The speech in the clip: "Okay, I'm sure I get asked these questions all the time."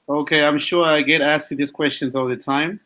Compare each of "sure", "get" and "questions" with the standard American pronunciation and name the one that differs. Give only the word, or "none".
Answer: none